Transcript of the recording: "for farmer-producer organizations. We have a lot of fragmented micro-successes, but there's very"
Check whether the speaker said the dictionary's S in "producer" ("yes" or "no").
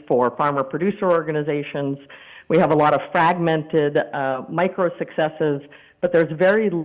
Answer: yes